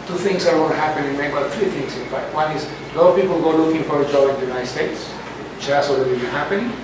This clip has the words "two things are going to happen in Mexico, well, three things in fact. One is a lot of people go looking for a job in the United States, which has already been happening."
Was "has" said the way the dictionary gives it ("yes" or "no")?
no